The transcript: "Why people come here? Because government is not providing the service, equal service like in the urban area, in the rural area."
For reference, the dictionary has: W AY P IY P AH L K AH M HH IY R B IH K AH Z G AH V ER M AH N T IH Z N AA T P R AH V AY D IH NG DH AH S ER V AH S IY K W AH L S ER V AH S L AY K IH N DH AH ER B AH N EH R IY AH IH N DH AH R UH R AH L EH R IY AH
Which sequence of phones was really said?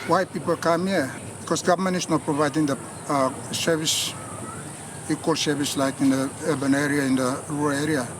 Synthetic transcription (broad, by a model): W AY P IY P AH L K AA M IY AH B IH K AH S G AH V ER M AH N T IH S N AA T P R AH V AY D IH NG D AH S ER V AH S IY K W AH L S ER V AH S L AY K IH N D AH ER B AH N EH R IY AH IH N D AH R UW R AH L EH R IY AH